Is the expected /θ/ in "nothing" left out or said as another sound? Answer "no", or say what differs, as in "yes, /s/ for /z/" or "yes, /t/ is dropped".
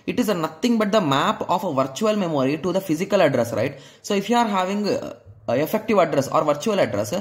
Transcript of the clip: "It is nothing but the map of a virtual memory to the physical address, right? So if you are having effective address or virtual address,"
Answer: yes, /t/ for /θ/